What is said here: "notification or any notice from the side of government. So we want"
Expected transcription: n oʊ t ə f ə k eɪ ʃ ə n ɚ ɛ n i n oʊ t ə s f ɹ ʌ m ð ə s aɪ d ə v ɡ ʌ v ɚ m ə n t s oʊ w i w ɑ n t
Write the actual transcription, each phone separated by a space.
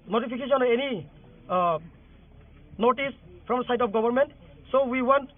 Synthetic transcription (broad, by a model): n oʊ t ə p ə k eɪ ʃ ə n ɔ ɛ n i n oʊ t ə s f ɹ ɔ m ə s aɪ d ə p ɡ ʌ b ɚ m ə n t s oʊ w i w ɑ n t